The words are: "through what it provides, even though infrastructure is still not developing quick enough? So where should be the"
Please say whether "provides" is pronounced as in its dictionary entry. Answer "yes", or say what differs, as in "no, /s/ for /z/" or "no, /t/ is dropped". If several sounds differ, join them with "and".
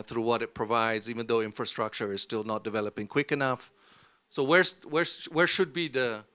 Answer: yes